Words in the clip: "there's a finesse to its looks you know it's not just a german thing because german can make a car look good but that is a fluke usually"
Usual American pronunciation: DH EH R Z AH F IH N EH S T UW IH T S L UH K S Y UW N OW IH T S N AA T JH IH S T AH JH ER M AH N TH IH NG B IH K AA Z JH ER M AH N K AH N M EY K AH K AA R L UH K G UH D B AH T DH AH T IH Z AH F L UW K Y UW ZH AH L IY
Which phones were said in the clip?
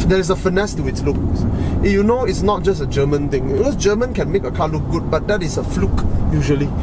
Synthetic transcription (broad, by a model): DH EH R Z AH F IH N EH S T UW IH T S L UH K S Y UW N OW IH T S N AA T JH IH S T AH JH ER M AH N T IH NG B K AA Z JH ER M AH N K AH N M EY K AH K AA L UH K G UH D B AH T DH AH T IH S AH F L UW K Y UW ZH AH L IY